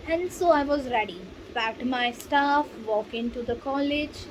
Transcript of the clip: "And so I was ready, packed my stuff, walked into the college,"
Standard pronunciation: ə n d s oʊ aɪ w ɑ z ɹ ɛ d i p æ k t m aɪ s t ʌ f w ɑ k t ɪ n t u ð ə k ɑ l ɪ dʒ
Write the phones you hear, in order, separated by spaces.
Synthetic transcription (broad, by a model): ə n d s oʊ aɪ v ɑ z ɹ ɛ d i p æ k t m aɪ s t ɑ f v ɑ k ɪ n t u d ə k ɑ l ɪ dʒ